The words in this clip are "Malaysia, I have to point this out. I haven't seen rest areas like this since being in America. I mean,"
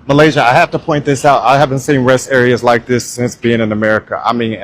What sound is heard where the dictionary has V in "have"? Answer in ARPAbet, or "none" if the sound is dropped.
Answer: F